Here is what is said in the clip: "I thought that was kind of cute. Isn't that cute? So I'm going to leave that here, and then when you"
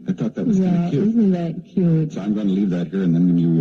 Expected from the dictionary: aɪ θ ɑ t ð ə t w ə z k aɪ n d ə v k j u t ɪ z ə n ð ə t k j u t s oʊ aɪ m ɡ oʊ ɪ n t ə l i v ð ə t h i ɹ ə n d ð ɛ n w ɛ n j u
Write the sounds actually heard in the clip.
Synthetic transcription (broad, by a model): aɪ θ ɑ t ð ə t w ə z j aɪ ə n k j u ɪ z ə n ð ə t k j u t s oʊ aɪ m ɡ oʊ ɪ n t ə l i v ð ə t h i ɹ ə n ð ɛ n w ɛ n j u